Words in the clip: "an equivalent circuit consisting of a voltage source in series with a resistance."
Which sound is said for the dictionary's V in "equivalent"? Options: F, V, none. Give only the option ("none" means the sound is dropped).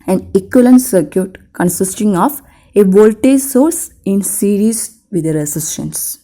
none